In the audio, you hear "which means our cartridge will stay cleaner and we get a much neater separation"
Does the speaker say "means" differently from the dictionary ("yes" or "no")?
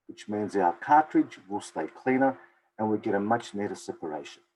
no